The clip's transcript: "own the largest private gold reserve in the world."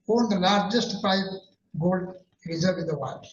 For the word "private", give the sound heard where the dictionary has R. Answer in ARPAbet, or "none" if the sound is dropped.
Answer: none